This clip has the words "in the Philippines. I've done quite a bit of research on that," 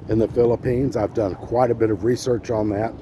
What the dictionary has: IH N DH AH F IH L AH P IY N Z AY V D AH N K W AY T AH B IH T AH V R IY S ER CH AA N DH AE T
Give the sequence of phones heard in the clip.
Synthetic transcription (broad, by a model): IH N DH AH F IH L AH P IY N Z AY V D AH N K W AY T AH B IH T AH V R IY S ER CH N DH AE T